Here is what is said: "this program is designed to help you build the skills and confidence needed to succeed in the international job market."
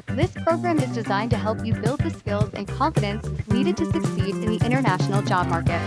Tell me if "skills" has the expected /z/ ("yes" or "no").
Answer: yes